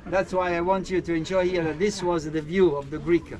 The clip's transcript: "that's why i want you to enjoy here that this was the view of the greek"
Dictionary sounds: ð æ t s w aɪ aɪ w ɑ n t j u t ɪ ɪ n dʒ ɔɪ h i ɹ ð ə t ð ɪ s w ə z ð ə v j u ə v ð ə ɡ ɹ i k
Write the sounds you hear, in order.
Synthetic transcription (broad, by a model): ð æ t s w aɪ aɪ w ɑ n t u t ɪ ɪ n ʃ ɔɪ h i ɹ ð ə t ð ɪ s w ə z ð ə v j u ə v ð ə ɡ ɹ i k